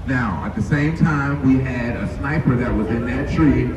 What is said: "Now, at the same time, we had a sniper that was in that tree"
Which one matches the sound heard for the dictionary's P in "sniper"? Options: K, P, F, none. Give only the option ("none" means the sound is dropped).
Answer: P